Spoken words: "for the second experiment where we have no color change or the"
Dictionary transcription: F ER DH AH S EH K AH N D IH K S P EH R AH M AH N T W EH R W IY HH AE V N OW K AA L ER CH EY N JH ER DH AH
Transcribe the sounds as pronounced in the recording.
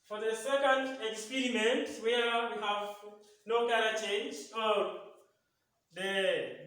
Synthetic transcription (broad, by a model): F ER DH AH S EH K AH N D IH K S P EH R AH M AH N T W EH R W IY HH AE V N OW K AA N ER CH EY N JH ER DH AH